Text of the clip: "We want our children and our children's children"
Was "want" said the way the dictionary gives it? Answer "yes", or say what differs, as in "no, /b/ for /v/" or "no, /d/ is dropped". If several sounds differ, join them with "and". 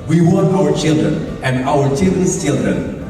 no, /t/ is dropped